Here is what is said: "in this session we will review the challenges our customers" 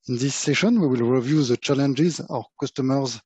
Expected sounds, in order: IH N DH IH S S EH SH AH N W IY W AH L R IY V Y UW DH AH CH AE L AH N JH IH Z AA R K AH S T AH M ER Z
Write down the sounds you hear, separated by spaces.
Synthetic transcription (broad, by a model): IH N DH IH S S EH SH AH N W IY W AH L R IY V Y UW DH AH CH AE L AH N JH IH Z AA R K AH S T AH M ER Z